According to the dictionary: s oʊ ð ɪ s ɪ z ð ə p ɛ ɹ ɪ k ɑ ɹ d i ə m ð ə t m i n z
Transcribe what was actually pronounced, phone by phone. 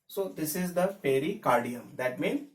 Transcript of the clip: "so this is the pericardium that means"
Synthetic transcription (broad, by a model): s oʊ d ɪ s ɪ z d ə f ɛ ɹ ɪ k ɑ ɹ d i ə m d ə t m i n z